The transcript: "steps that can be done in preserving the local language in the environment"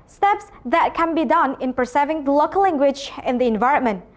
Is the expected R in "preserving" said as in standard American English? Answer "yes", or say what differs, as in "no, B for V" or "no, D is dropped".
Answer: no, R is dropped